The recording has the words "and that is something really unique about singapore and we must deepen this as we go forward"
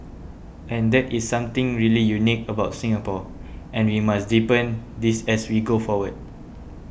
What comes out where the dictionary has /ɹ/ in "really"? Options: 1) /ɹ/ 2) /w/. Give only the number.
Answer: 1